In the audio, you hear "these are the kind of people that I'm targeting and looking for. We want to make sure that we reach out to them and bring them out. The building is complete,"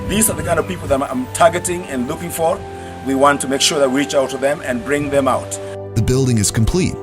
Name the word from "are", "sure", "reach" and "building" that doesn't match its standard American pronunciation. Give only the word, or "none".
none